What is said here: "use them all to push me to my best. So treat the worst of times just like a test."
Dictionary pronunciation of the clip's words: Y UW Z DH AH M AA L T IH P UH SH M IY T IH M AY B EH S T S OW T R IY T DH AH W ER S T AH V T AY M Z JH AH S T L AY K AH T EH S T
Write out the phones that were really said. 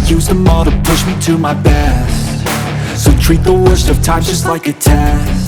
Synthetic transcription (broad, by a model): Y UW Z DH AH M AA T IH P UH SH M IY T IH M AY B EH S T S OW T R IY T DH AH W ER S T AH V T AY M JH AH S T L AY K AH T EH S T